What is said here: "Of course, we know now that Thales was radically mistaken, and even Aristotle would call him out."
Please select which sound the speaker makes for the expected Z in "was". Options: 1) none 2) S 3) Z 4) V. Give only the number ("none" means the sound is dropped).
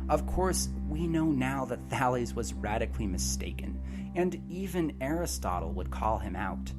3